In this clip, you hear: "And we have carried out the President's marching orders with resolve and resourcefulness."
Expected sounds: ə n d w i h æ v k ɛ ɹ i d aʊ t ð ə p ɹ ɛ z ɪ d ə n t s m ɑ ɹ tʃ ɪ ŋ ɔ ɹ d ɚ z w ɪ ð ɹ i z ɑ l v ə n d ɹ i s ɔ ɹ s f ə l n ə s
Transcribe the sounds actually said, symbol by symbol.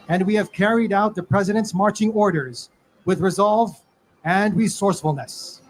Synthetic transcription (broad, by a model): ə n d w i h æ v k ɛ ɹ i d aʊ t ð ə p ɹ ɛ z ɪ d ə n t s m ɑ ɹ tʃ ɪ ŋ ɔ ɹ d ɚ z w ɪ ð ɹ i z ɑ l v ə n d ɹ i s ɔ ɹ s f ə l n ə s